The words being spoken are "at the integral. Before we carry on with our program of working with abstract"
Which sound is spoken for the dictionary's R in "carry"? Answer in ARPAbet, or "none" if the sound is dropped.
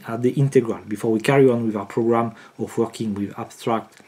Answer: R